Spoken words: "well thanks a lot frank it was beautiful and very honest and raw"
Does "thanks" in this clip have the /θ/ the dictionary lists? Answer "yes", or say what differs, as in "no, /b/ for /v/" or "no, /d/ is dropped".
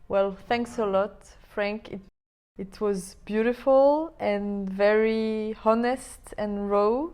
yes